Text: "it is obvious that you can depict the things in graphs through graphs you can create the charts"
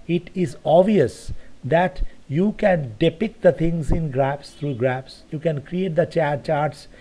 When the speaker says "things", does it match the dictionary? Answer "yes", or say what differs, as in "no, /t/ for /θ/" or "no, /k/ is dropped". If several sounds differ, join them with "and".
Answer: no, /t/ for /θ/